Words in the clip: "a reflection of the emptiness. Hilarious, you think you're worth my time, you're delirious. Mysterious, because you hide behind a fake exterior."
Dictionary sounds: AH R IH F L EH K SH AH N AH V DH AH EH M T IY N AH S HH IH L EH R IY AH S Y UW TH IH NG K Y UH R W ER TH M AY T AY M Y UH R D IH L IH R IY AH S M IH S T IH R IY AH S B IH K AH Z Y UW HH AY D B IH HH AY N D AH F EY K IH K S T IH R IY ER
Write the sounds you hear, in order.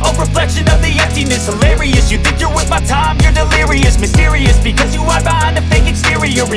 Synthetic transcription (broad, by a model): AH R IH F L EH K SH AH N AH V DH AH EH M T IY N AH S HH IH L EH R IY AH S Y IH TH IH NG K Y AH R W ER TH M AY T AY M Y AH R D IH L IH R IY AH S M IH S T IH R IY AH S B IH K AH Z Y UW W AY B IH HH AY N AH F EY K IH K S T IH R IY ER